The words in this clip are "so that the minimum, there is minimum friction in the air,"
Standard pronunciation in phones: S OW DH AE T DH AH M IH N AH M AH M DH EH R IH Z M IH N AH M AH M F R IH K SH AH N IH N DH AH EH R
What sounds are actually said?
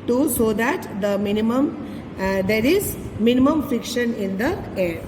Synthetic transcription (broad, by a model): S OW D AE T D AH M IH N AH M AH M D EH R IH Z M IH N AH M AH M F R IH K SH AH N IH N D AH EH R